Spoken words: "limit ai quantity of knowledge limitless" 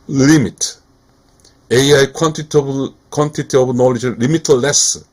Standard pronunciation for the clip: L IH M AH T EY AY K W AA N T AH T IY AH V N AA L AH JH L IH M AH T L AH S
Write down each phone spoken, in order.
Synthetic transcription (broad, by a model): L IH M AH T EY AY K W AA N T AH T IY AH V N AA L AH JH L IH M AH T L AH S